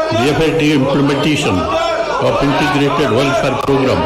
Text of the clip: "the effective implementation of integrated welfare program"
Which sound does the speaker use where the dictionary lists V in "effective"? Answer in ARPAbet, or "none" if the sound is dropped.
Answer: none